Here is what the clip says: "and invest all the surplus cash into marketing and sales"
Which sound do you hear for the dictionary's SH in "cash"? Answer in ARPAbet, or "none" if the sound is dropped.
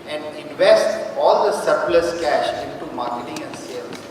SH